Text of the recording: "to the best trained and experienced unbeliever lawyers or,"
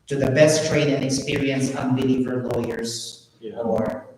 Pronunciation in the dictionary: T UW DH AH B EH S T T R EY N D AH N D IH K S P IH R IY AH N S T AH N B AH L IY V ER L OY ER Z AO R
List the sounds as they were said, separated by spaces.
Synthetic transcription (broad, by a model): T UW DH AH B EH S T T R EY D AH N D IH K S P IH R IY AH N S AH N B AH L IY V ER L OY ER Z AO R